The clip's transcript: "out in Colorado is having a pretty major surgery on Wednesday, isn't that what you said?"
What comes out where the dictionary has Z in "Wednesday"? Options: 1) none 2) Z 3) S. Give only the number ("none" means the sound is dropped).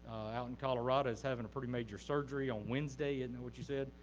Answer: 2